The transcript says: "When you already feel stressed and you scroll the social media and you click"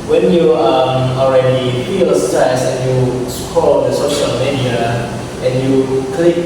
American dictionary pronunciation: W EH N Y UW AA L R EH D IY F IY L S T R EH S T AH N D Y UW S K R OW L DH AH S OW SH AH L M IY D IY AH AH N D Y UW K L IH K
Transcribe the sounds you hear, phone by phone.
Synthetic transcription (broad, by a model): W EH N Y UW AA L R EH D IY F IY L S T AA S AH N Y UW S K OW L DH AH S OW SH AH L M IY D IY AH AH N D Y UW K L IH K